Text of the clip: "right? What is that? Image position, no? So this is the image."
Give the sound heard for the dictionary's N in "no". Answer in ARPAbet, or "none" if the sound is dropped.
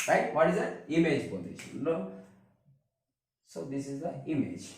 L